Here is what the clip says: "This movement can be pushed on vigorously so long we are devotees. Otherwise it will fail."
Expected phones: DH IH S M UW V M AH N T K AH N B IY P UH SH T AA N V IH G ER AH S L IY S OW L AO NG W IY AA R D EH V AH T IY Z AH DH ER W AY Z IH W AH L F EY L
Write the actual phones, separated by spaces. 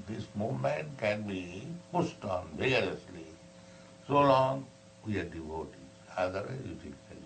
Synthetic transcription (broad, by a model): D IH S M UW V M AH N T K AH N B IY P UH S T AA N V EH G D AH S L IY S OW L AO NG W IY AA R D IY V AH T IY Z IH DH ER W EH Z IH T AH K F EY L